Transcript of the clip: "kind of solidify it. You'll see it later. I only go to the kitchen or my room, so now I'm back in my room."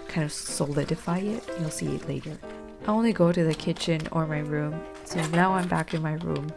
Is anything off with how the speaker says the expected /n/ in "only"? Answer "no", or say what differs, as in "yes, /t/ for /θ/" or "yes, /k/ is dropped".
no